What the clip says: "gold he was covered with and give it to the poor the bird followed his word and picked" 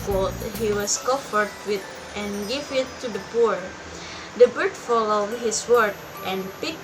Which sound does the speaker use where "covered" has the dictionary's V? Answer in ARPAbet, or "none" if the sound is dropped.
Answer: F